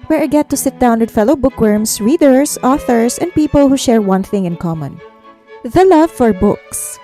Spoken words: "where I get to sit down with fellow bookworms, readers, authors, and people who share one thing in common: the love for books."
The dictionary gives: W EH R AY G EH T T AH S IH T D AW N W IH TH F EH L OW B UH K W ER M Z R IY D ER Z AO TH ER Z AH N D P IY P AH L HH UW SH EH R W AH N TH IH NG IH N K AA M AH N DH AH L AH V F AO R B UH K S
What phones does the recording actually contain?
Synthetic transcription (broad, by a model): W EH R AY G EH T T AH S IH T D AW N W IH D F EH L OW B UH K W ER M S R IY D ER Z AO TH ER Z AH N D P IY P AH L HH UW SH EH R W AH N TH IH NG IH N K AA M AH N DH AH L AH V F AO R B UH K S